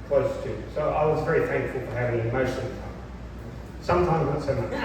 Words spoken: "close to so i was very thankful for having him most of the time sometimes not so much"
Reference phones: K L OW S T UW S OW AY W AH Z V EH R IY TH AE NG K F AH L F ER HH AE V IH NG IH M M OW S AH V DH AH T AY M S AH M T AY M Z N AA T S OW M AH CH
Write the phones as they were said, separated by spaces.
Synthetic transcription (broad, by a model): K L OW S T UW S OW AY W AH Z V EH R IY TH AE NG K F AH L F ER HH AE V IH NG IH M M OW SH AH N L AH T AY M S AH M T AY M Z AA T S OW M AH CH